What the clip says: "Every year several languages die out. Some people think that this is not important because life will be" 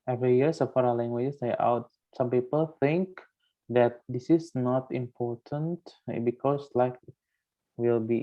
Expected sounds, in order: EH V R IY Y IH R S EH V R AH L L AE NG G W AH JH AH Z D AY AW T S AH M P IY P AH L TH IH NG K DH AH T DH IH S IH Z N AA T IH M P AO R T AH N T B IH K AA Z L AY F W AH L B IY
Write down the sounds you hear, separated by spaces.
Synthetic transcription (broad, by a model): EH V R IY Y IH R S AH F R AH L L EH NG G W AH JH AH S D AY AW T S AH M P IY P AH L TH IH NG K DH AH T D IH S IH S N AA T IH M P AO R T AH N T B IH K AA S L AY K W AH L B IY